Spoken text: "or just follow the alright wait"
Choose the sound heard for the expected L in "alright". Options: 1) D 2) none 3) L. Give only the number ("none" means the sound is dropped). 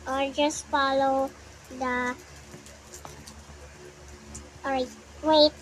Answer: 2